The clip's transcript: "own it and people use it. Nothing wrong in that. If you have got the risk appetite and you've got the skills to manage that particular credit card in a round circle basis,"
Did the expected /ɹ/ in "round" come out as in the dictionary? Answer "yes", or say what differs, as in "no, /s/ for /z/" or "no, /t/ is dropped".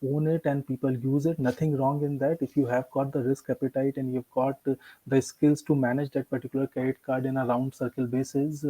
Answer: yes